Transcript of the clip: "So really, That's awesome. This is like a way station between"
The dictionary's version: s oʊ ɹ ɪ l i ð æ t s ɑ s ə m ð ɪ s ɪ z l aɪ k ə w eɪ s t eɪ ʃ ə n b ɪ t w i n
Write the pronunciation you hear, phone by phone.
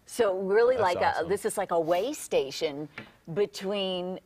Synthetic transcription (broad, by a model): s oʊ ɹ ɪ l i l ɑ ə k ð ɪ s ɪ z l aɪ k ə w eɪ s t eɪ ʃ ə n b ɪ t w i n